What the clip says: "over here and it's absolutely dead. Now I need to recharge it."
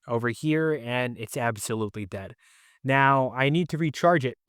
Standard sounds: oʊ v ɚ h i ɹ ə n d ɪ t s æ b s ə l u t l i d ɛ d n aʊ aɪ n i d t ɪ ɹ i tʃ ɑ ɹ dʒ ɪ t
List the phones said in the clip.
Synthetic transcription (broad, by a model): oʊ v ɚ h i ɹ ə n ɪ t s æ b s ə l u t l i d ɛ d n aʊ aɪ n i d t ɪ ɹ i tʃ ɑ ɹ dʒ ɪ t